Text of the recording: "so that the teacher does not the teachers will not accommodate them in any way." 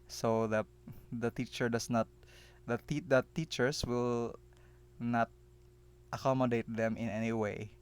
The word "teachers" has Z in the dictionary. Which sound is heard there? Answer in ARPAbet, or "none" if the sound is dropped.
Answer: S